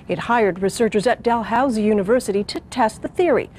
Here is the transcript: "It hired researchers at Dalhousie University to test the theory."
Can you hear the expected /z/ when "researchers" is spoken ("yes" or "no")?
yes